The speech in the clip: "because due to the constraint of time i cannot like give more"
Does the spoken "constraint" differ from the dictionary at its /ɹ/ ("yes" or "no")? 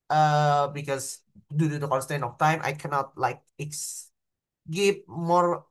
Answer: yes